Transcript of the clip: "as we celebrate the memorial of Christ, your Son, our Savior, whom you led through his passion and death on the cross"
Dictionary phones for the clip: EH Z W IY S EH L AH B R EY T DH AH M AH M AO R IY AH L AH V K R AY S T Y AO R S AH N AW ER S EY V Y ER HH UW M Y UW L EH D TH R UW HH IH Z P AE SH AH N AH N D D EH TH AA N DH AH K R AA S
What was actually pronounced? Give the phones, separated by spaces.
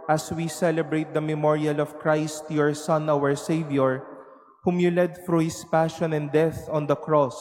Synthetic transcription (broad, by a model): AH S W IY S EH L AH B R EY T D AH M AH M AO R IY AH L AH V K R AY S T Y AO R S AH N AW ER S EY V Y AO HH UW M Y UW L EH D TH R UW HH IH S P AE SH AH N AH N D D EH TH AA N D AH K R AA S